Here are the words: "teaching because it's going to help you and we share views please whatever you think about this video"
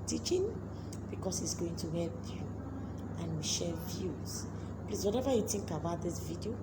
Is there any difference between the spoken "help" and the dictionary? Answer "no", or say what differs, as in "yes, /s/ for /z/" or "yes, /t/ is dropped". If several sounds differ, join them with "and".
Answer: no